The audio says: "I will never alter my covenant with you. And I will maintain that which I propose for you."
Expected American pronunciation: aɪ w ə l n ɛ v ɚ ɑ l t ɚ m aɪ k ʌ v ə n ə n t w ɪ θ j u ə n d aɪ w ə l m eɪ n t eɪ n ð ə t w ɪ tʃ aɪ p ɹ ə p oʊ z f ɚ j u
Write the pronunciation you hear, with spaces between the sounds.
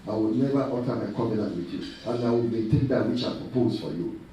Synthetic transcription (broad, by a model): aɪ w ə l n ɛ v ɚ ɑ t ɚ m aɪ k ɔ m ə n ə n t w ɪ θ j u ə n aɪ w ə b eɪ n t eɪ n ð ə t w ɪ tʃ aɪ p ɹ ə p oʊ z f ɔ j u